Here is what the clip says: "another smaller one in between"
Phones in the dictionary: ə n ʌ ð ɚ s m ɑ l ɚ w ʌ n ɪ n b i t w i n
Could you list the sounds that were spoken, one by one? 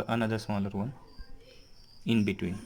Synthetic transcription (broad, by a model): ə n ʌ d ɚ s ɑ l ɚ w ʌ n ɪ n b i t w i n